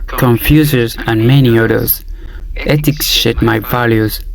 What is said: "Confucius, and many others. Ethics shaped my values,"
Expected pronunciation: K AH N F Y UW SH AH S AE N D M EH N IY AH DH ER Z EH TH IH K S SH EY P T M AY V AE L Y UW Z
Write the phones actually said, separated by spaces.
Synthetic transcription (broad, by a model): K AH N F Y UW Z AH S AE N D M EH N IY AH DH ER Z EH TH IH K S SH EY T M AY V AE L Y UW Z